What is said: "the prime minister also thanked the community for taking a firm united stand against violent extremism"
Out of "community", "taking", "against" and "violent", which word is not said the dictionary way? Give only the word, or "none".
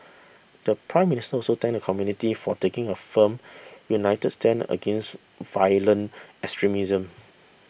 violent